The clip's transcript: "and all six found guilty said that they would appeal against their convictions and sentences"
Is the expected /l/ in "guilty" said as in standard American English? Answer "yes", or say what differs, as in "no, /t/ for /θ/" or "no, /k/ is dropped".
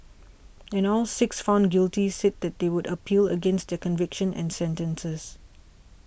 yes